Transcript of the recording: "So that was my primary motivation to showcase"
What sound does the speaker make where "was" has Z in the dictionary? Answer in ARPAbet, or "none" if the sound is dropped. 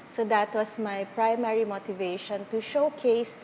S